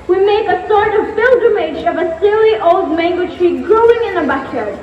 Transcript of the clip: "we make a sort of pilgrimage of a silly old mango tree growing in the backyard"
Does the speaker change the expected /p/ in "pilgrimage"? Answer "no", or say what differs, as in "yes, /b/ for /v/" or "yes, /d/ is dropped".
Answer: yes, /b/ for /p/